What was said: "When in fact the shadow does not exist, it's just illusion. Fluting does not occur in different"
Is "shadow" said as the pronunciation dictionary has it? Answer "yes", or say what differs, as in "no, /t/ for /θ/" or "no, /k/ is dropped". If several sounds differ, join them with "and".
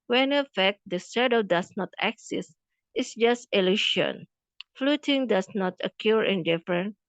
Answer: no, /s/ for /ʃ/